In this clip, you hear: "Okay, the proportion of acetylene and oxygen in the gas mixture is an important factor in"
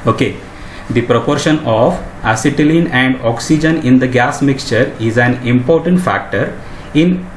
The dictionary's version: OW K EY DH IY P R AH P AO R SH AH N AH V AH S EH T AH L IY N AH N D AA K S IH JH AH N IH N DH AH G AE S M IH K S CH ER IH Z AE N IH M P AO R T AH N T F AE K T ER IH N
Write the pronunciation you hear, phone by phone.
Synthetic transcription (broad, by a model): OW K EY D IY P R AH P AO R SH AH N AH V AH S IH T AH L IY N AH N D AA K S IH JH AH N IH N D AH G AE S M IH K S CH ER IH Z AE N IH M P AO R T AH N T F AE K T ER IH N